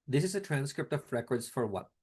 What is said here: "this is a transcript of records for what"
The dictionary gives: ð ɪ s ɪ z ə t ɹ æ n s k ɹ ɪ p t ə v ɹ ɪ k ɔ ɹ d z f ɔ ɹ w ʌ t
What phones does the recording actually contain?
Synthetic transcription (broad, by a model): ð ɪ s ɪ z ə t ɹ æ n s k ɹ ɪ p t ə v ɹ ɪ k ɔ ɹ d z f ɔ ɹ w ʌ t